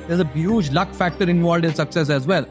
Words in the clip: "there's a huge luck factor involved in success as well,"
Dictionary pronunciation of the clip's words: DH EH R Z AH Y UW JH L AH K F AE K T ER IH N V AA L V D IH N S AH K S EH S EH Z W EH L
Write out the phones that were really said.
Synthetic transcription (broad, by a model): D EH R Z AH Y UW JH L AH K F AE K T ER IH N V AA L D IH S AH K S EH S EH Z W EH L